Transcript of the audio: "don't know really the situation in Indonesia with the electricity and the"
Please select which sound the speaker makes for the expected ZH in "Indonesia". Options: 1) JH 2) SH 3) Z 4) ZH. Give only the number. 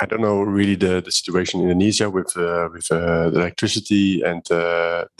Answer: 3